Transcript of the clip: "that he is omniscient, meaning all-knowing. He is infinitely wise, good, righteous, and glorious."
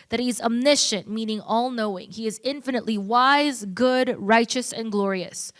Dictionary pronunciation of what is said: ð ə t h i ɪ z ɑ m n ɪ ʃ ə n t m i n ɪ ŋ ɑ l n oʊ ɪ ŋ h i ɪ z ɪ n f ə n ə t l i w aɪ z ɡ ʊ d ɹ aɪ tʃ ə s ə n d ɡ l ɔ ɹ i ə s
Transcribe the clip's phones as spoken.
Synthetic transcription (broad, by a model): ð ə t h i ɪ z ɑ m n ɪ ʃ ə n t m i n ɪ ŋ ɑ l n oʊ ɪ ŋ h i ɪ z ɪ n f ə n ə t l i w aɪ z ɡ ʊ d ɹ aɪ tʃ ə s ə n ɡ l ɔ ɹ i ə s